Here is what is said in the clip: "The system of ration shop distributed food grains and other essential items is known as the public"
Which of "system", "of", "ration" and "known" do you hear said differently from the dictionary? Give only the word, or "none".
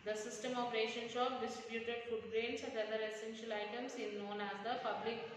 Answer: of